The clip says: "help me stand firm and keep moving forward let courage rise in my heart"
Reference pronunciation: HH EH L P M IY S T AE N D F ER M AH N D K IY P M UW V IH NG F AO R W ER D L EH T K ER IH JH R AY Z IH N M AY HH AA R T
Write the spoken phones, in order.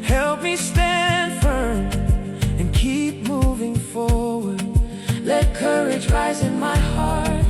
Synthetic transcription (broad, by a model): HH EH L P M IY S T AE N D F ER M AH N K IY P M UW V IH NG F AO R W ER D L EH T K ER IH JH R AY Z IH N M AY HH AA R T